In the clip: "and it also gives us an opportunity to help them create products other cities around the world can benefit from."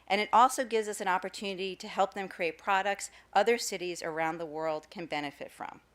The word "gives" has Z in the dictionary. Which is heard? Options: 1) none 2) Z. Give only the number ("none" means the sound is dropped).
2